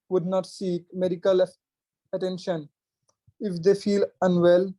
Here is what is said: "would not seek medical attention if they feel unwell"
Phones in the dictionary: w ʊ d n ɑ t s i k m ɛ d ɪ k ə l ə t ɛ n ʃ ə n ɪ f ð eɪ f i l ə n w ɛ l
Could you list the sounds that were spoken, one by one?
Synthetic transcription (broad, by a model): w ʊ d n ɑ t s i k m ɛ d ɪ k ə l ə t ɛ n ʃ ə n ɪ f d eɪ f i l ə n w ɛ l